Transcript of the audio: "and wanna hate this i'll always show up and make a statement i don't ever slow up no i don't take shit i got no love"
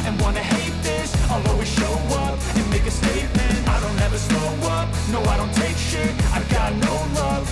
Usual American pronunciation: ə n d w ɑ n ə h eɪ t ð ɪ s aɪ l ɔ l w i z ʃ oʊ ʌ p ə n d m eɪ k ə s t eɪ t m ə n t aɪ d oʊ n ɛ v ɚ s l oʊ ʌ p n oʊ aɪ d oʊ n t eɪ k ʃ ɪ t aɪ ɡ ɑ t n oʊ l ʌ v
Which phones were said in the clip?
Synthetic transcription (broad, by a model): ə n w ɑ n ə h eɪ t ð ɪ s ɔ l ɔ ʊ w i ʃ oʊ ʌ p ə n m eɪ k ə s t eɪ t m ə n t aɪ d oʊ n ɛ v ɚ s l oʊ ʌ p n oʊ aɪ d oʊ n t eɪ k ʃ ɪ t aɪ ɡ ɑ t n oʊ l ʌ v